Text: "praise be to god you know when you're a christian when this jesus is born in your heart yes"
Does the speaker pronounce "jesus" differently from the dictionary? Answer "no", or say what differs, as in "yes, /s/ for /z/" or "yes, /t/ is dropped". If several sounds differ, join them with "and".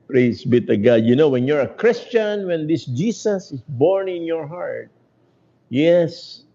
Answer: yes, /s/ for /z/